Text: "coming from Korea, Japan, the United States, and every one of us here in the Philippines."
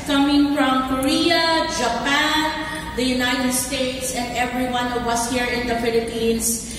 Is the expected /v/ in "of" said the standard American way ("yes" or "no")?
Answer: no